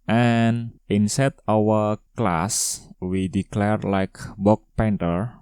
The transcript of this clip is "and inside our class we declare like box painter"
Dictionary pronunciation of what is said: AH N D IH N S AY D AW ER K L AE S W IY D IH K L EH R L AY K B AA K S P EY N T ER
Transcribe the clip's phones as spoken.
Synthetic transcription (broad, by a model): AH N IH N S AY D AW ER K L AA S W IY D IH K L EH R L AY K B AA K P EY N T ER